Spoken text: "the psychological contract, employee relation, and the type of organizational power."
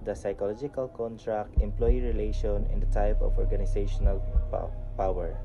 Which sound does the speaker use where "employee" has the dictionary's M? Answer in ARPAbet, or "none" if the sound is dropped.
M